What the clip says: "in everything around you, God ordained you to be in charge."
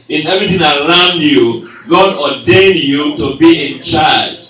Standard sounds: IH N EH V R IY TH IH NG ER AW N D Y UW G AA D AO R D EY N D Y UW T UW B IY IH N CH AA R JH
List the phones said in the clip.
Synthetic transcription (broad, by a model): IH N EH V R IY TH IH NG ER AW N D Y UW G AA D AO D EY N Y UW T UW B IY IH N CH AA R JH